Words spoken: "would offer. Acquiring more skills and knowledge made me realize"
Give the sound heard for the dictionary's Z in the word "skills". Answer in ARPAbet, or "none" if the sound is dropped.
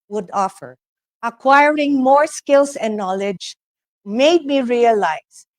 S